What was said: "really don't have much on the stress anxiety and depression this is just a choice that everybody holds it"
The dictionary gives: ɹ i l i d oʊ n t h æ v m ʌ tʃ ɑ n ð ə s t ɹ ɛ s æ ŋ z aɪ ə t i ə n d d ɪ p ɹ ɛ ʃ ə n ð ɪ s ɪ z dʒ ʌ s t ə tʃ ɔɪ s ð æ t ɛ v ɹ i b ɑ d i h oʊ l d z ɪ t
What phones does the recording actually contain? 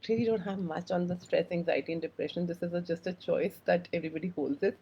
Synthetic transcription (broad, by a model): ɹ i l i d oʊ n t h æ v m ʌ tʃ ɑ n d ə s t ɹ ɛ s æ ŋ z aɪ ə t i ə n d d ɪ p ɹ ɛ ʃ ə n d ɪ s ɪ z dʒ ʌ s t ə tʃ ɔɪ s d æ t ɛ v ɹ i b ɑ d i h oʊ l d z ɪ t